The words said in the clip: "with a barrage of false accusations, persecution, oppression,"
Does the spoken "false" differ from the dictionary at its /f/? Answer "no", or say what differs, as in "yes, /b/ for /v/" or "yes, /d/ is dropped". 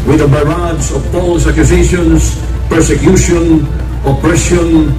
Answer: yes, /p/ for /f/